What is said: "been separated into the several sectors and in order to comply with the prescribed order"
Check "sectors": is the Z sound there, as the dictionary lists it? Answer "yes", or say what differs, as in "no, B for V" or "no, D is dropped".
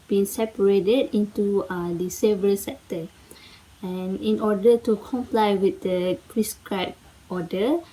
no, Z is dropped